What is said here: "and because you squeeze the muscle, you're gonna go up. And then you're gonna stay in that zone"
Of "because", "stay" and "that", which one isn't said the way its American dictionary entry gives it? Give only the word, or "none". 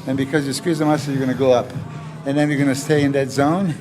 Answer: none